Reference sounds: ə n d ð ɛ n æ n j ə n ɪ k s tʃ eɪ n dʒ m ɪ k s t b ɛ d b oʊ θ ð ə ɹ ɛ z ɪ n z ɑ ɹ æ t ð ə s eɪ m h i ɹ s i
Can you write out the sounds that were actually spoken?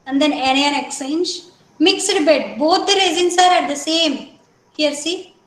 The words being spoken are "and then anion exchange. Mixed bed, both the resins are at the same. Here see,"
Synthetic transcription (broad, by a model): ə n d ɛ n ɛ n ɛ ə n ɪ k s eɪ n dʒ m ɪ k s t b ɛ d b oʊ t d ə ɹ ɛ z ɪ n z ɑ ɹ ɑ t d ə s eɪ m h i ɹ s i